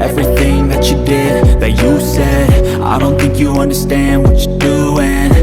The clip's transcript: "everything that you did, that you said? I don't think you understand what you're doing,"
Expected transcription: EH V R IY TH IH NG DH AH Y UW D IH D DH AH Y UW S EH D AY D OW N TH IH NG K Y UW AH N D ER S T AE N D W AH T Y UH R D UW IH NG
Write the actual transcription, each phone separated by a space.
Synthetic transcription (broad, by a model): EH V R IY TH IH NG DH AH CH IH D IH D DH AH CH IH S EH D AY D OW N TH IH NG K Y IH AH N D ER S T AE N D W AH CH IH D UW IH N